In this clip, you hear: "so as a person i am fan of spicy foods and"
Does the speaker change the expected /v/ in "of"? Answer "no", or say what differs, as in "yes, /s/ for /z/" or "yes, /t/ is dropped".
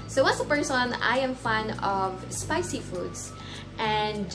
no